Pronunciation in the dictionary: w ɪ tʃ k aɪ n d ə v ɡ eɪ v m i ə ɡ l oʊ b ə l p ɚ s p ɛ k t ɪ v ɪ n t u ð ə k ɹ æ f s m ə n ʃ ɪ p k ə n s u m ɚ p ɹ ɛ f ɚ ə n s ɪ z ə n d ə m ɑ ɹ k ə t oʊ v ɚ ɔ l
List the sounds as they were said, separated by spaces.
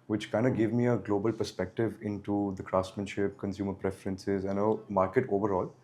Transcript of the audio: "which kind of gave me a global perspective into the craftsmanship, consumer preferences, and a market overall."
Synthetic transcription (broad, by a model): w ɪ tʃ k aɪ n d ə ɡ eɪ v m i ə ɡ l oʊ b ə l p ɚ s p ɛ k t ɪ v ɪ n t u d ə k ɹ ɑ s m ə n ʃ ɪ p k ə n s u m ɚ p ɹ ɛ f ɚ ə n s ɪ z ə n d ə m ɑ ɹ k ə t oʊ v ɚ ɔ l